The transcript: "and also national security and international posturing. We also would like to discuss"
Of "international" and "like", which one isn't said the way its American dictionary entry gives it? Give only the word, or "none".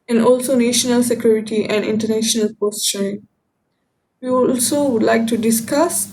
none